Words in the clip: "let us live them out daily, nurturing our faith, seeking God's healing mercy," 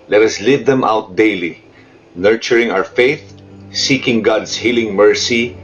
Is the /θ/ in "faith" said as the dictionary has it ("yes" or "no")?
yes